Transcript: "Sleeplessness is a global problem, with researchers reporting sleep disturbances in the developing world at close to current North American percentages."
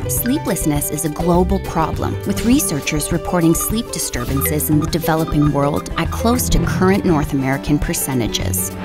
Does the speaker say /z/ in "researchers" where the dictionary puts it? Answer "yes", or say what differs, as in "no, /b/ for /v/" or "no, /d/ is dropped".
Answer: yes